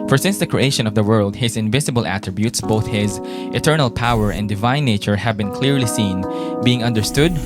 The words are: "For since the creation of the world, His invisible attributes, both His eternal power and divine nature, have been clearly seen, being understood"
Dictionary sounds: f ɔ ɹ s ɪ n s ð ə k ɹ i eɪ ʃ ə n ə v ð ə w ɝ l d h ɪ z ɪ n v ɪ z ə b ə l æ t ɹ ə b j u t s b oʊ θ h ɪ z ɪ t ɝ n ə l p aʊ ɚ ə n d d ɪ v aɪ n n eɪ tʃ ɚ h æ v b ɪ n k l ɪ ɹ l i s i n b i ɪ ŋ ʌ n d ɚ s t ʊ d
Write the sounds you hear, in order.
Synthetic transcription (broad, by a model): f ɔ ɹ s ɪ n s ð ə k ɹ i eɪ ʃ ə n ə v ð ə w ɝ l d h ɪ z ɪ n v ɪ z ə b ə l æ t ɹ ə b j u t s b oʊ θ h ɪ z ɪ t ɝ n ə l p aʊ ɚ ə n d d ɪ v aɪ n n eɪ tʃ ɚ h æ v b ɪ n k l ɪ ɹ l i s i n b i ɪ ŋ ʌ n d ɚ s t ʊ d